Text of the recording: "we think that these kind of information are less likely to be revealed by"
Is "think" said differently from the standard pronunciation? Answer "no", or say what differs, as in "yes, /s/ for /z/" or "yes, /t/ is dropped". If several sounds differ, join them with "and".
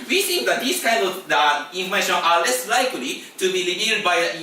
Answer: yes, /s/ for /θ/